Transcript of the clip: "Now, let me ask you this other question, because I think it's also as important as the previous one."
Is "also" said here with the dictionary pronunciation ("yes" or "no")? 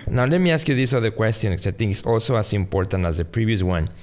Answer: yes